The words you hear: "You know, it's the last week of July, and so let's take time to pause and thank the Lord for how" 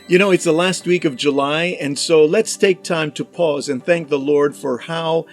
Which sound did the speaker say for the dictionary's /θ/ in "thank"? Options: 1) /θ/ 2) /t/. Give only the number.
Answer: 1